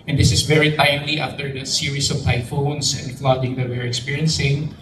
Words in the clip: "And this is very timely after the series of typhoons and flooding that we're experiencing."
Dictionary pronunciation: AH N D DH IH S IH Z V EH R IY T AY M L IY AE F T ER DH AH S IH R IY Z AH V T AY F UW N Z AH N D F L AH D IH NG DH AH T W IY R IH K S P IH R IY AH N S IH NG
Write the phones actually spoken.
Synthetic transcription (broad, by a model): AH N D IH S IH S V EH R IY T AY M L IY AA F T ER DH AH S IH R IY S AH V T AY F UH N S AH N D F L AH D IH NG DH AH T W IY R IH K S P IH R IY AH N S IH NG